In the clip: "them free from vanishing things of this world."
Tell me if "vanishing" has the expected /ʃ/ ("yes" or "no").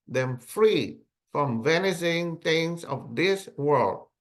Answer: no